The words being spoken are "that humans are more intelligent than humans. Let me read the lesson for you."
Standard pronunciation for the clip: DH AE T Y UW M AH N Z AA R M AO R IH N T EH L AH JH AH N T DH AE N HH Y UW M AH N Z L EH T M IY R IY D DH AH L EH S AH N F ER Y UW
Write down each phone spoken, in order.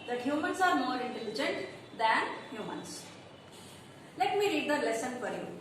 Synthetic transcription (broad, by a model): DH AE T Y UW M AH N S AA R M AO R IH N T EH L AH JH AH N T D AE N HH Y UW M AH N S L EH T M IY R IY D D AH L EH S AH N P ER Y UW